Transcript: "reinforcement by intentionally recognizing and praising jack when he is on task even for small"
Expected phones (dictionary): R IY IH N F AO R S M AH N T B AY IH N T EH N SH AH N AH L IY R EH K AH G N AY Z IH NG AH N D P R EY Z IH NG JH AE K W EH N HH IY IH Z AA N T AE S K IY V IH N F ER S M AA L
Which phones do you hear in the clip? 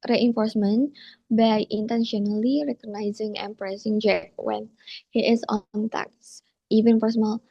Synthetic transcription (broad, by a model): R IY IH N F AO R S M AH N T B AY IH N T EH N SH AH N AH L IY R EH K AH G N AY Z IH NG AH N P R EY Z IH NG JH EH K W EH N HH IY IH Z AA N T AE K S IY V IH N P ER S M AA L